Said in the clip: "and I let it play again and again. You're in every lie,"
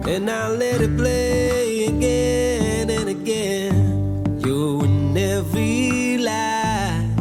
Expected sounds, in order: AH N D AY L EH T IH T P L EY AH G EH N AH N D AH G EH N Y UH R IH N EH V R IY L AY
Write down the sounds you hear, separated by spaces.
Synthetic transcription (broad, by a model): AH N AY L EH T IH T P L EY AH G EH N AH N AH G EH N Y IH N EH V IY L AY